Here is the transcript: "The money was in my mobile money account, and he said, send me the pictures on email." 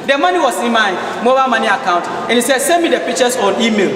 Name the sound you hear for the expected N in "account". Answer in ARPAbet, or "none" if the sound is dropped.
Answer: N